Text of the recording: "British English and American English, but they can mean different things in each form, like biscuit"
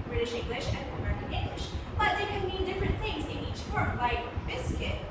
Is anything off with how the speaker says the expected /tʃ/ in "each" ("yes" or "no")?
no